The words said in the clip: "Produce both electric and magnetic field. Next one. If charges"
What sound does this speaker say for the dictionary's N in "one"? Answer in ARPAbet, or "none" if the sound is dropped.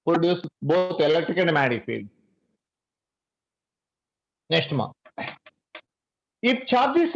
none